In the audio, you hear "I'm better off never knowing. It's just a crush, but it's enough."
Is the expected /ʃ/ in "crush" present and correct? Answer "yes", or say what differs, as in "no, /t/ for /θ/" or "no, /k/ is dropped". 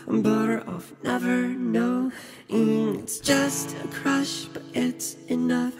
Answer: yes